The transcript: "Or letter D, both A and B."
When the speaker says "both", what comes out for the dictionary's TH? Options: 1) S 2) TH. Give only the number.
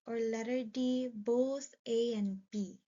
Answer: 1